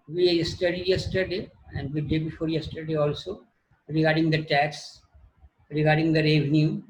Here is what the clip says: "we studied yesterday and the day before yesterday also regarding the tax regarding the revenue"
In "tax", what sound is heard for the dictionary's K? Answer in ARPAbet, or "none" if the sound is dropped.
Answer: K